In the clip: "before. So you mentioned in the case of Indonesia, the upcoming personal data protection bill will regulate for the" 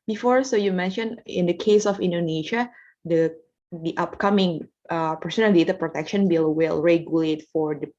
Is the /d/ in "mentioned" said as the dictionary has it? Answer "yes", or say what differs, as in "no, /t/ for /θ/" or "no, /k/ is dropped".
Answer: no, /d/ is dropped